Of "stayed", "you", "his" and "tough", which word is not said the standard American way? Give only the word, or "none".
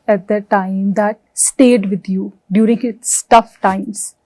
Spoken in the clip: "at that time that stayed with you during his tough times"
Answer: his